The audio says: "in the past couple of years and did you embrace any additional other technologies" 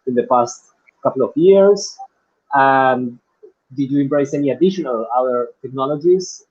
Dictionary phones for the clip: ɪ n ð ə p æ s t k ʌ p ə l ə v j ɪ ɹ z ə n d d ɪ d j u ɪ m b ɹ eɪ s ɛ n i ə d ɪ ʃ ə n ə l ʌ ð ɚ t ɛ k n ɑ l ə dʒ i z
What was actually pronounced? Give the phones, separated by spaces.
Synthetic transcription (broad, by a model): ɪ n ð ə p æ s t k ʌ p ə l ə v j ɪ ɹ s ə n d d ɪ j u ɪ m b ɹ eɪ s ɛ n i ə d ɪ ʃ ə n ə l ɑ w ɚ t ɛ k n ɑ l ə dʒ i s